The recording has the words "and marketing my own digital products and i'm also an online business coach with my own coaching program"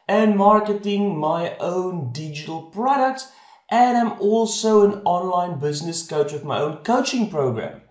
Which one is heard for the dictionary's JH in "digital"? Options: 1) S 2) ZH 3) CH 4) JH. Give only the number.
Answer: 4